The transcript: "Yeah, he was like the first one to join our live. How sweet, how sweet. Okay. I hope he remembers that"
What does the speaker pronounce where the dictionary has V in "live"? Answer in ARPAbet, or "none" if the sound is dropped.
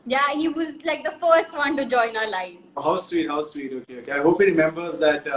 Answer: F